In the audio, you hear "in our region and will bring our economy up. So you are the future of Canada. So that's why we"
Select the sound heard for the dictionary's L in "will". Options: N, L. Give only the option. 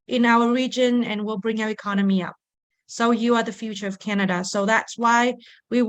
L